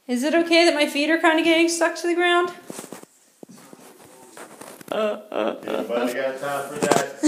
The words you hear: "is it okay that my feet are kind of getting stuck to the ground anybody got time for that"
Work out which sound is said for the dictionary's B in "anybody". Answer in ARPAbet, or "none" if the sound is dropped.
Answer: none